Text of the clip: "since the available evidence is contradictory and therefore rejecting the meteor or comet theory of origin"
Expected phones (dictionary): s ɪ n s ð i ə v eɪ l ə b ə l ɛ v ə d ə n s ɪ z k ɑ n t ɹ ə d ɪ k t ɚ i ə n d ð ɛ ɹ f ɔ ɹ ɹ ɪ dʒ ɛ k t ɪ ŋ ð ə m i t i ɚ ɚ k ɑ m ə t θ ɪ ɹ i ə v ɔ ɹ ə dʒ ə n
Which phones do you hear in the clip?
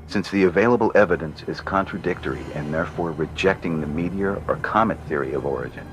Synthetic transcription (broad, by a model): s ɪ n s ð i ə v eɪ l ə b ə l ɛ v ə d ə n s ɪ z k ɑ n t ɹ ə d ɪ k t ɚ i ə n ð ɛ ɹ f ɔ ɹ ɹ ɪ dʒ ɛ k t ɪ ŋ ð ə m i t i ɚ ɚ k ɑ m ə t θ ɪ ɹ i ə v ɔ ɹ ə dʒ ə n